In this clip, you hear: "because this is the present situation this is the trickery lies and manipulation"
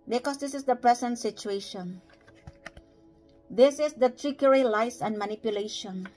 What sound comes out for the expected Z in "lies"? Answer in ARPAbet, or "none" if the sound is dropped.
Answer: S